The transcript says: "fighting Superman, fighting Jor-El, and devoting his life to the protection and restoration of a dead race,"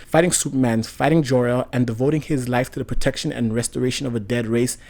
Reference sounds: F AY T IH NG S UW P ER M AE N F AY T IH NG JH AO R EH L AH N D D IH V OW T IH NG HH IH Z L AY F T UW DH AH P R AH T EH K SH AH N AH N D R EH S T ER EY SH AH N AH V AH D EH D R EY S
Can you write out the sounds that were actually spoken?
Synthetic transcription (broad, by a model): F AY T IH NG S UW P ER M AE N F AY T IH NG JH AO R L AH N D D IH V OW T IH NG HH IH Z L AY F T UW DH AH P R AH T EH K SH AH N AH N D R EH S T ER EY SH AH N AH V AH D EH D R EY S